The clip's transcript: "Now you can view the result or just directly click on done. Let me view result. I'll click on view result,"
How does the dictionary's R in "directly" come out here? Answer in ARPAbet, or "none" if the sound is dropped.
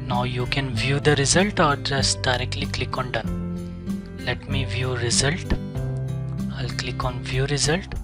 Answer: R